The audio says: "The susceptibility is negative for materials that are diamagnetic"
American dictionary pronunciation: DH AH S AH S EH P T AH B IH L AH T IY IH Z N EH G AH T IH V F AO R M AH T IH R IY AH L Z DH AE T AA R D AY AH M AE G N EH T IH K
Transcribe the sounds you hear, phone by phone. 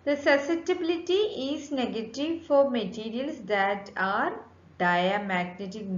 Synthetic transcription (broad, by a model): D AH S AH S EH T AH B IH L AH T IY IH Z N EH G AH T IH V F AO R M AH T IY R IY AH L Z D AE T AA R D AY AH M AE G N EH T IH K